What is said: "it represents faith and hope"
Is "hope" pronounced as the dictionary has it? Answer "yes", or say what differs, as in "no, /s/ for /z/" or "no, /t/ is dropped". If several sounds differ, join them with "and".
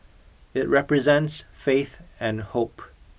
yes